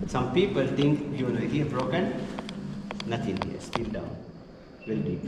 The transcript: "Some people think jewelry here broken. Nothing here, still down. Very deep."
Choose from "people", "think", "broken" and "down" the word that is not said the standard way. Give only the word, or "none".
think